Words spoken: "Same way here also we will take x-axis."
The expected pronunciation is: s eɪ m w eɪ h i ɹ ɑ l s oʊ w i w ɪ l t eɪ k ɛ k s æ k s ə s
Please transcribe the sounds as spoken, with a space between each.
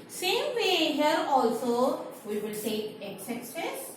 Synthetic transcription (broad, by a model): s eɪ m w eɪ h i ɹ ɑ l s oʊ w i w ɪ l s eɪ ɛ k s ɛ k s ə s